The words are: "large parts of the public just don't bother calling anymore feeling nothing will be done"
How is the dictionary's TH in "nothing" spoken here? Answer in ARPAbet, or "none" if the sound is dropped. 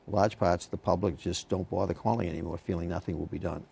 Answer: TH